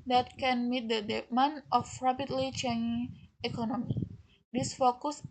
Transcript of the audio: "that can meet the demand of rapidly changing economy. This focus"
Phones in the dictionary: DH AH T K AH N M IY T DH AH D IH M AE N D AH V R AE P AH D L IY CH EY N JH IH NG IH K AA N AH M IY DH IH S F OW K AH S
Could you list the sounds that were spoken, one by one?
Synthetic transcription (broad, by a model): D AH T K AH N M IY T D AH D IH M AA N AH F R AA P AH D L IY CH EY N IH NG IH K AA N AH M IY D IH S F OW K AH S